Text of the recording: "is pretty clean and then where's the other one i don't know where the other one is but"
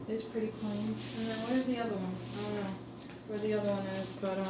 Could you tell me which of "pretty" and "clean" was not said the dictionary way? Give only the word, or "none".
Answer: clean